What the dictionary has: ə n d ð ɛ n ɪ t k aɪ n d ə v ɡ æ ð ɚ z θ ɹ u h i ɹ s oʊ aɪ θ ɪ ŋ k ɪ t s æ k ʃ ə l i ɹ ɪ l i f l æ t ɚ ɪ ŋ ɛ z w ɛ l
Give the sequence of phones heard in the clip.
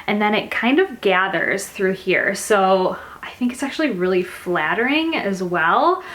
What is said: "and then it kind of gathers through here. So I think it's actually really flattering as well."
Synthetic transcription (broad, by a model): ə n ð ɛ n ɪ t k aɪ n d ə v ɡ æ ð ɚ z θ ɹ u h i ɹ s oʊ aɪ θ ɪ ŋ k ɪ t s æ k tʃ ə l i ɹ ɪ l i f l æ t ɚ ɪ ŋ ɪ z w ɛ l